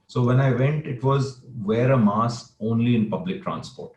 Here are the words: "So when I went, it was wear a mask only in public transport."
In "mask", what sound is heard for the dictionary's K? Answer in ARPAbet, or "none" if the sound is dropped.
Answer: none